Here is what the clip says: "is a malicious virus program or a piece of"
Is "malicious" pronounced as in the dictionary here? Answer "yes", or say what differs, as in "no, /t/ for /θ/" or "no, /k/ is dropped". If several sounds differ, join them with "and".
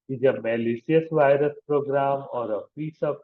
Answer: no, /s/ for /ʃ/